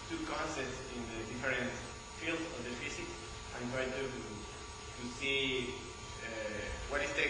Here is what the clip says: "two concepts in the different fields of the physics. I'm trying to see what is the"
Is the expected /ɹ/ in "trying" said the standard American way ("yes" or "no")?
no